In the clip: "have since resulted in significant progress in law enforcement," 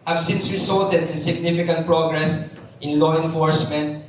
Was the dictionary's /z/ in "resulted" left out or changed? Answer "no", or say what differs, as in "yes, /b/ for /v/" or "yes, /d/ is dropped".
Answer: yes, /s/ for /z/